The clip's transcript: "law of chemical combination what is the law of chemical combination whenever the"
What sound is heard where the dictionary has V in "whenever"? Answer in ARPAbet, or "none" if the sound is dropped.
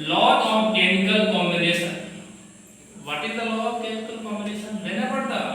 P